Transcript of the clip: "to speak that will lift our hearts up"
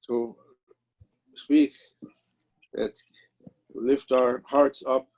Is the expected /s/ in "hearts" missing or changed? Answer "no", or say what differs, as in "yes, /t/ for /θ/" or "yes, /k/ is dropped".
no